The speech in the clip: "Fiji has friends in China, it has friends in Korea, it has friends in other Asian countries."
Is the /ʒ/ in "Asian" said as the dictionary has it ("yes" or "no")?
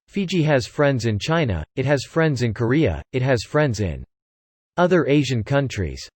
yes